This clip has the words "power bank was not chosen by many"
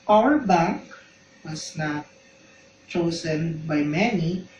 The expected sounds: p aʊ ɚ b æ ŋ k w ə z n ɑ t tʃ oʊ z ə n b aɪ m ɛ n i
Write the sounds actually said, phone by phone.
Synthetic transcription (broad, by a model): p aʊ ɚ b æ ŋ k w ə s n ɑ t tʃ oʊ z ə n b aɪ m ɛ n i